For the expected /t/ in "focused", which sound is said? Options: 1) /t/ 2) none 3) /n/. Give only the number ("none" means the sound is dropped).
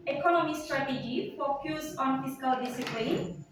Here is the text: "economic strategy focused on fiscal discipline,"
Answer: 2